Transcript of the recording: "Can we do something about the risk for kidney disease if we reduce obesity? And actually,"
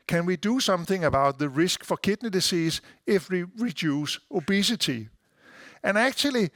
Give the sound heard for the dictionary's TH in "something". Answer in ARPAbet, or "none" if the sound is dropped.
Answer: TH